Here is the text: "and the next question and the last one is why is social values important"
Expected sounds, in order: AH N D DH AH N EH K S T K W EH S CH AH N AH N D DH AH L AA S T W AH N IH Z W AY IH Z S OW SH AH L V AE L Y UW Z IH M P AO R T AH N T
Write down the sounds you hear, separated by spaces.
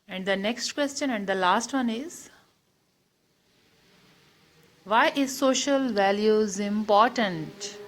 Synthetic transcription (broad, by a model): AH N D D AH N EH K S T K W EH S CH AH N AH N D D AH L AA S T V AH N IH Z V AY IH Z S OW SH AH L V AE L Y UW Z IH M P AO R T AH N T